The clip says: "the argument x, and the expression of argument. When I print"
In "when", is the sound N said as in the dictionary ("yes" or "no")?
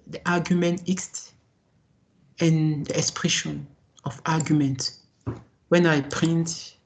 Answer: yes